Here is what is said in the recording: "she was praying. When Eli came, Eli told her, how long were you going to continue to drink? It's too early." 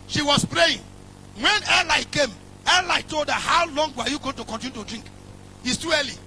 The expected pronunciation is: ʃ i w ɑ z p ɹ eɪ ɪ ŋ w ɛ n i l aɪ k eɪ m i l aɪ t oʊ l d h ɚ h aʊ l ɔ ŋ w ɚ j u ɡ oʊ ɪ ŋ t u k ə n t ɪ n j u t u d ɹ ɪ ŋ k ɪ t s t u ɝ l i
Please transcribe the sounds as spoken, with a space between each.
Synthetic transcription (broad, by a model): ʃ i w ɑ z p ɹ eɪ ɪ ŋ w ɛ n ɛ l aɪ k eɪ m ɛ l aɪ t oʊ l d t h aʊ l ɔ ŋ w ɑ j u ɡ oʊ ɪ ŋ t u k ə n t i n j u t u d ɹ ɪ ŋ k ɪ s t u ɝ l i